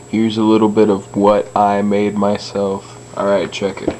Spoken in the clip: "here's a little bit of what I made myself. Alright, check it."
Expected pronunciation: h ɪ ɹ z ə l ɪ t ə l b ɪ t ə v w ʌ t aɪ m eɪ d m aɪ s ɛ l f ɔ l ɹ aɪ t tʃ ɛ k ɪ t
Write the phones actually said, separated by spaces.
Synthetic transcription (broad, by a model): h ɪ ɹ z ə l ɪ t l b ɪ t ə v w ʌ t aɪ m eɪ d m aɪ s ɛ l f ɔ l ɹ aɪ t tʃ ɛ k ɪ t